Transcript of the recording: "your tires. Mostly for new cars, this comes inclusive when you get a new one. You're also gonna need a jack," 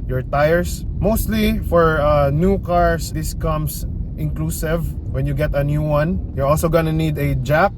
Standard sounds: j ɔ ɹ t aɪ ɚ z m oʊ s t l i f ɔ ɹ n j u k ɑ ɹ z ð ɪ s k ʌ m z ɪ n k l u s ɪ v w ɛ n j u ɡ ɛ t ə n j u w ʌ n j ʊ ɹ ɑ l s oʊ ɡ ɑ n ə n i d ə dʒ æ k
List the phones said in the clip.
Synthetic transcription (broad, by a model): j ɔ ɹ t aɪ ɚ s m oʊ s t l i f ɔ ɹ n j u k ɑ ɹ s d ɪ s k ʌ m s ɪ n k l u s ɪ v w ɛ n j u ɡ ɛ t ə n j u w ʌ n j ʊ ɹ ɑ l s oʊ ɡ ɑ n ə n i d ə dʒ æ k